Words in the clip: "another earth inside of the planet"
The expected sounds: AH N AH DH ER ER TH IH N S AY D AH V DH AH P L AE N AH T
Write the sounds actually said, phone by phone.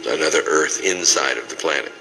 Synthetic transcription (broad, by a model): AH N AH DH ER ER TH IH N S AY D AH V DH AH P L AE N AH T